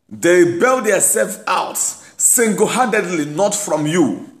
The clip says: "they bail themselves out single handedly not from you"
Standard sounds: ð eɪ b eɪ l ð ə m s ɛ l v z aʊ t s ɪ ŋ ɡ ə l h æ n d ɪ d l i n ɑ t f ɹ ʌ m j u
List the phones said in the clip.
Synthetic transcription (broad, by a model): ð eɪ b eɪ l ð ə s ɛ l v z aʊ t s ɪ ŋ ɡ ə h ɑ d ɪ d l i n ɑ t f ɹ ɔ m j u